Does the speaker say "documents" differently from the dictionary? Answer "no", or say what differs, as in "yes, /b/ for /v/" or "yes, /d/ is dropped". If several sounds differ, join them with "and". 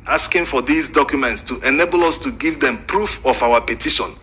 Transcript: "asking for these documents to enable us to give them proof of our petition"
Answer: no